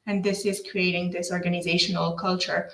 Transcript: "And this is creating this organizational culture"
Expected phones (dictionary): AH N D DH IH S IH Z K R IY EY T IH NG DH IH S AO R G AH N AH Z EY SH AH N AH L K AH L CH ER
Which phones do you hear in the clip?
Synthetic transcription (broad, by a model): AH N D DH IH S IH Z K R IY EY T IH NG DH IH S AO R G AH N AH Z EY SH AH N AH L K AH L CH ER